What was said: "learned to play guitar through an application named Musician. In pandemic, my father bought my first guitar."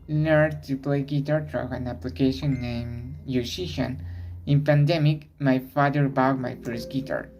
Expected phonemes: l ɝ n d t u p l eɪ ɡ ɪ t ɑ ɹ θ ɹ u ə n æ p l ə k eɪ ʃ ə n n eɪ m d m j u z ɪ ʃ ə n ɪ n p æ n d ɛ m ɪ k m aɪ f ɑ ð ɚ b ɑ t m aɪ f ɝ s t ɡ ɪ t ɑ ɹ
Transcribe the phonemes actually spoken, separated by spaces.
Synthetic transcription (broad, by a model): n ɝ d t u p l eɪ ɡ ɪ t ɑ ɹ t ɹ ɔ ə n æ p l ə k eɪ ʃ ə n n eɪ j m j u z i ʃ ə n ɪ n p æ n d ɛ m ɪ k m aɪ f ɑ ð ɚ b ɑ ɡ m aɪ f ɝ s t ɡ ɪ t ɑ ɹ